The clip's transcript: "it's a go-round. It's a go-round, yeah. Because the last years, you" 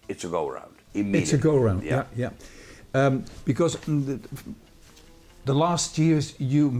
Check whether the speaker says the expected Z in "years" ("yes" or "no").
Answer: yes